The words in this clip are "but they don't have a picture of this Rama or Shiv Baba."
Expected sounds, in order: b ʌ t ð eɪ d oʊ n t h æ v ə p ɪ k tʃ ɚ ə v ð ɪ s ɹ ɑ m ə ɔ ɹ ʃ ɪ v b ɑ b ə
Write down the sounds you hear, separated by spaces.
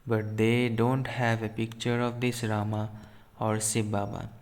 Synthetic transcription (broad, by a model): b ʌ t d eɪ d oʊ n t h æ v ə p ɪ k tʃ ɚ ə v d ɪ s ɹ ɑ m ə ɔ ɹ s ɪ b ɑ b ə